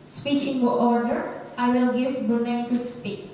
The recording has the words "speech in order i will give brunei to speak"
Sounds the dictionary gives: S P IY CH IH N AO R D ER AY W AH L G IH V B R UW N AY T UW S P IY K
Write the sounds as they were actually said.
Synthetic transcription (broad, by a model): S P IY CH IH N AO R D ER AY W AH L G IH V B UW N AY T UW S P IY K